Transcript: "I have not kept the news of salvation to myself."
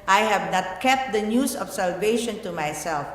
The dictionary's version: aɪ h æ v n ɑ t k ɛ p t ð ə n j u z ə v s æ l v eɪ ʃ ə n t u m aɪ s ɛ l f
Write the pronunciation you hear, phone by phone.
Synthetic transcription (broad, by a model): aɪ h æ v n ɑ t k ɛ p t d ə n j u s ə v s æ l v eɪ ʃ ə n t u m aɪ s ɛ l f